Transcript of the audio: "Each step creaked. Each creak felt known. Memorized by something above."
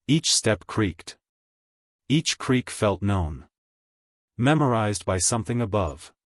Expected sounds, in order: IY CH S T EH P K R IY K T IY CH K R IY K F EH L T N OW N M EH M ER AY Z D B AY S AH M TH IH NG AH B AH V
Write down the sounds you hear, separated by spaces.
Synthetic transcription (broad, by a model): IY CH S T EH P K R IY K T IY CH K R IY K F EH L T N OW N M EH M ER AY Z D B AY S AH M TH IH NG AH B AH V